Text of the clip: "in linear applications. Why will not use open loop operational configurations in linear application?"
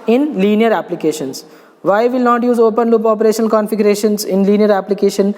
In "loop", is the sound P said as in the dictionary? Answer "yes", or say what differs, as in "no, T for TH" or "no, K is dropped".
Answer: yes